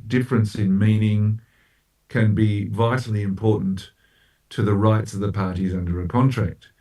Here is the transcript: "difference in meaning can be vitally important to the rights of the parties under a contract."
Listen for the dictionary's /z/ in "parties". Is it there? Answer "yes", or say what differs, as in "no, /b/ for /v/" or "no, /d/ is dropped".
yes